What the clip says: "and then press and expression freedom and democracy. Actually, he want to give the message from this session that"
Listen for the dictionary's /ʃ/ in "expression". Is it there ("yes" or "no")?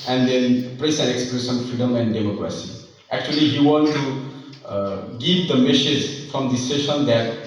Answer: no